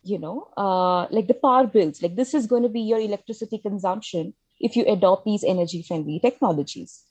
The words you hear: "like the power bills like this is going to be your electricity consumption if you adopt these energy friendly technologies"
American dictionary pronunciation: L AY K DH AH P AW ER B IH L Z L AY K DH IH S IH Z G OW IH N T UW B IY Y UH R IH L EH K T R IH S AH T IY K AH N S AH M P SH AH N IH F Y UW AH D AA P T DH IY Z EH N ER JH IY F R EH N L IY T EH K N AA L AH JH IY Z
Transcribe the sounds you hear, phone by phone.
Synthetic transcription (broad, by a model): L AY K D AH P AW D B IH L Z L AY K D IH S IH Z G OW IH N T UW B IY Y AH R IH L EH K T R IH S AH T IY K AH N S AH M P SH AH N IH F Y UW AH D AA P T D IY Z EH N ER JH IY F EH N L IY T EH K N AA L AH JH IY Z